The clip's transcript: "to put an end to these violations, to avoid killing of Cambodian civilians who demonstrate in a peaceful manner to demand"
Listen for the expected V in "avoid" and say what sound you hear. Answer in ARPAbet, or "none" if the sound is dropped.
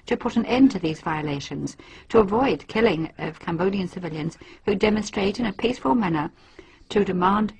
V